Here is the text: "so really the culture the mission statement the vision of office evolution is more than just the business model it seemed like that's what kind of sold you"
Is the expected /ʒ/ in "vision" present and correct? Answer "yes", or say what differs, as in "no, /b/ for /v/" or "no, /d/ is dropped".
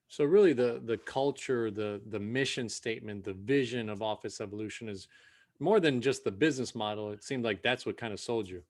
yes